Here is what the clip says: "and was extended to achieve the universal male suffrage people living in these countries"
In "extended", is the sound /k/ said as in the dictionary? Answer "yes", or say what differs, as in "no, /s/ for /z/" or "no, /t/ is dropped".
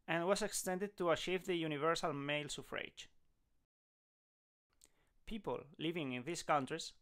yes